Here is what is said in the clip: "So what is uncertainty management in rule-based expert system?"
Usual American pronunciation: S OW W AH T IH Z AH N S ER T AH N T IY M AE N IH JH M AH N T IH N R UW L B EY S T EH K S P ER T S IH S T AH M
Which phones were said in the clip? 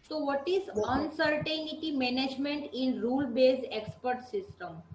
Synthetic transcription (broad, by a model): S OW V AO T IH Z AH N S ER T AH N T IY M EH N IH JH M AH N T IH N R UW L B EY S EH K S P ER T S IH S T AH M